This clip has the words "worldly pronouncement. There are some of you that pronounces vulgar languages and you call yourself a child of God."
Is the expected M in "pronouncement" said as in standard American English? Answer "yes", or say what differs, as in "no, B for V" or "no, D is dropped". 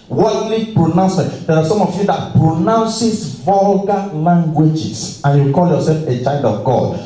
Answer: no, M is dropped